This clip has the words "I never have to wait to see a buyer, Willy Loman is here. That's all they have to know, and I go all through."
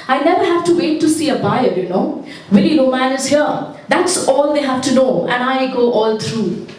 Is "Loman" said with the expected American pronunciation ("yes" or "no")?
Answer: no